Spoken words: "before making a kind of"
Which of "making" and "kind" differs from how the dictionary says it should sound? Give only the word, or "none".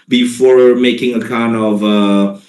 none